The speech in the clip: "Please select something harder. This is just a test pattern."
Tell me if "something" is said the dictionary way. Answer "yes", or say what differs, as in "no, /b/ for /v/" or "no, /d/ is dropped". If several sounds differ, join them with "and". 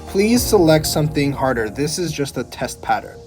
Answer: yes